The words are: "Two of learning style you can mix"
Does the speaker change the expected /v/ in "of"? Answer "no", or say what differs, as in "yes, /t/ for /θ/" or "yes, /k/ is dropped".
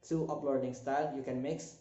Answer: yes, /p/ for /v/